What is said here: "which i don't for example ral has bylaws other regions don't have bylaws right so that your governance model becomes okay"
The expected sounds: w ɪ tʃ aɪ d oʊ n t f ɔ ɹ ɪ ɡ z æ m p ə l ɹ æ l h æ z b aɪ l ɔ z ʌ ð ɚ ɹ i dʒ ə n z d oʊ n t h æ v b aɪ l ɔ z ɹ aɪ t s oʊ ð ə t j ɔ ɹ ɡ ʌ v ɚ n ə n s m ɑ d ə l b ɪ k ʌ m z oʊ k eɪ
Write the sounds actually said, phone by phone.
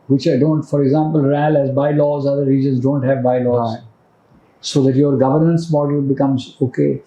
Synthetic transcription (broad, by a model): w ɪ tʃ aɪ d oʊ n t f ɔ ɹ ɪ ɡ z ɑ m p ə l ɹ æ l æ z b aɪ l ɔ z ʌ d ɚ ɹ i dʒ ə n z d oʊ n t h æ v b aɪ l ɔ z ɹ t s oʊ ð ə t j ɔ ɹ ɡ ʌ v ɚ n ə n s m ɑ d ə l b ɪ k ʌ m z oʊ k eɪ